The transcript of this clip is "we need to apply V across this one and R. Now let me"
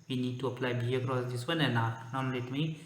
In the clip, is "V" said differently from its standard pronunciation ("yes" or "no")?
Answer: yes